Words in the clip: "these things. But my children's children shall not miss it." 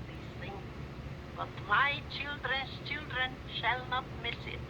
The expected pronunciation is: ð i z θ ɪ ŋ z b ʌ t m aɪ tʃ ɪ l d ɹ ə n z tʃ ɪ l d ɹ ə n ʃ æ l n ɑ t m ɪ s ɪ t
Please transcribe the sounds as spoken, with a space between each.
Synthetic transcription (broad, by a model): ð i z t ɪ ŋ b ʌ t m aɪ tʃ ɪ l d ɹ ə n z tʃ ɪ l d ɹ ə n ʃ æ l n ɑ t m ɪ s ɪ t